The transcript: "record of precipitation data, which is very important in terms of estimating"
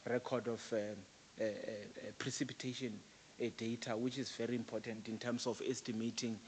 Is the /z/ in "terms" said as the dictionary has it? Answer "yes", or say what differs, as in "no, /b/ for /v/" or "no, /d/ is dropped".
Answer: no, /s/ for /z/